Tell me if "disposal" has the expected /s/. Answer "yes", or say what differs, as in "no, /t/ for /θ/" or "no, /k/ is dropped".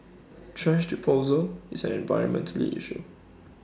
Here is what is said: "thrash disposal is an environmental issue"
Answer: no, /s/ is dropped